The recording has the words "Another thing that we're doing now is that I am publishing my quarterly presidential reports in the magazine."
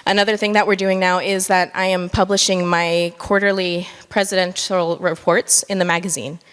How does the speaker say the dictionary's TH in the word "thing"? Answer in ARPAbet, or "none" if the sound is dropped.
TH